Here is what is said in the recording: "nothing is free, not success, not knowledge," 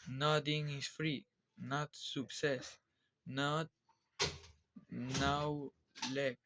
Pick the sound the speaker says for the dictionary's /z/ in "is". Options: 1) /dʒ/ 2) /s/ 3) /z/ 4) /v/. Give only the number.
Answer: 2